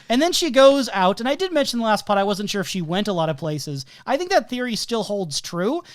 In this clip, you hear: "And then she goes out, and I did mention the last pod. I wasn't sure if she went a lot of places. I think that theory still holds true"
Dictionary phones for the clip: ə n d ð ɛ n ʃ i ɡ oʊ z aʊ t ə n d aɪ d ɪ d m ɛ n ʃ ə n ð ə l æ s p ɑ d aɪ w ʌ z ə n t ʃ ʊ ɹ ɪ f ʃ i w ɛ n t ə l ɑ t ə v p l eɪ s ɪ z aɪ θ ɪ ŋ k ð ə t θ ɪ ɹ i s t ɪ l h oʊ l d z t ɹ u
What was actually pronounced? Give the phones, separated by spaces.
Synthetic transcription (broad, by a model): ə n ð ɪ n ʃ i ɡ oʊ z aʊ t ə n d aɪ d ɪ d m ɛ n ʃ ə n ð ə l æ s p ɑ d aɪ w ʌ z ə n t ʃ ʊ ɹ ɪ f ʃ i w ɛ n t ə l ɑ t ə v p l eɪ s ɪ z aɪ θ ɪ ŋ k ð ə t θ ɪ ɹ i s t ɪ l h oʊ l d z t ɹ u